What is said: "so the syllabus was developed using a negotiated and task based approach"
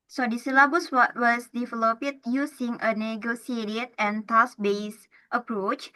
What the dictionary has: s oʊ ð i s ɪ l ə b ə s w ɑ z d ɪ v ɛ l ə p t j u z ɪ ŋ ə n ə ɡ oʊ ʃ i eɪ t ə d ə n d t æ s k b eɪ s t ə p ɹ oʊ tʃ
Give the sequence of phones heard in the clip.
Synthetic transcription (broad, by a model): s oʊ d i s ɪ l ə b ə s w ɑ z d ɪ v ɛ l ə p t j u s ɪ ŋ ə n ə ɡ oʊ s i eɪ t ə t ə n t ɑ s b eɪ s t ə p ɹ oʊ tʃ